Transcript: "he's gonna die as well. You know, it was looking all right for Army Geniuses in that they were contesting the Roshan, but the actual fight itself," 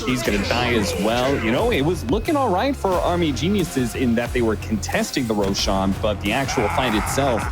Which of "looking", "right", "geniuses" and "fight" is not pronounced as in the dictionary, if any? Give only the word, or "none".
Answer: none